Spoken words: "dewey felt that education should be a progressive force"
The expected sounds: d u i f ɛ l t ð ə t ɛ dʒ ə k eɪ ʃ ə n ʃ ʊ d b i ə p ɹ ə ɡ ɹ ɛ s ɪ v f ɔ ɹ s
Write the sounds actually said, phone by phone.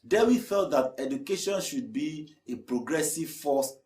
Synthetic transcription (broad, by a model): d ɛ i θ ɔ t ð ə t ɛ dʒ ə k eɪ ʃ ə n ʃ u d b i ə p ɹ ə ɡ ɹ ɛ s ɪ v f ɔ s